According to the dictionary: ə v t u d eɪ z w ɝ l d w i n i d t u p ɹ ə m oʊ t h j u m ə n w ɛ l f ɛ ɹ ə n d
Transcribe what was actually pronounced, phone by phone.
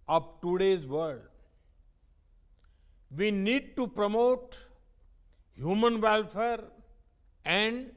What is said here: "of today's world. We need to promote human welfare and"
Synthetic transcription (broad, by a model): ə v t u d eɪ z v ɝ d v i n i d t u p ɹ ə m oʊ t h j u m ə n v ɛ l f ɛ ɹ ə n d